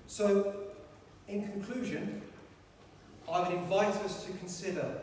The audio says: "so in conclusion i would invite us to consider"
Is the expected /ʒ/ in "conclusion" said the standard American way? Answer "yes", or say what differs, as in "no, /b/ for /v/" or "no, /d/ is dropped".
yes